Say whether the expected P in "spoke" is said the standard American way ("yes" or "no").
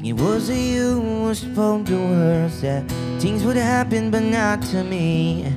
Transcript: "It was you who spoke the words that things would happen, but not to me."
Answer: no